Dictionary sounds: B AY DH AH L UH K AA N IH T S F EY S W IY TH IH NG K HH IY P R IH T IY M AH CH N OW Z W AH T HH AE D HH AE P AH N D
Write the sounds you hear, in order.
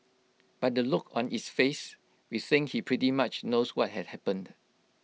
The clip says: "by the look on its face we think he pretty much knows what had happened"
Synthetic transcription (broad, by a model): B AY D AH L UH K AA N IH T S F EY S W IY S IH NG HH IY P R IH T IY M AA CH N OW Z W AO T HH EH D HH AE P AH N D